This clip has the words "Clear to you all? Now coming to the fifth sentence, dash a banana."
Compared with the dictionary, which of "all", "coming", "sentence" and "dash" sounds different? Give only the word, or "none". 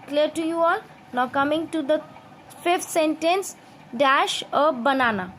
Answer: none